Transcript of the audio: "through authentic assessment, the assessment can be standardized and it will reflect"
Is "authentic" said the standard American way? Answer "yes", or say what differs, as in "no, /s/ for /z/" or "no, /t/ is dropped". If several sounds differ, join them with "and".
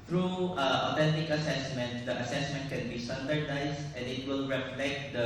no, /t/ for /θ/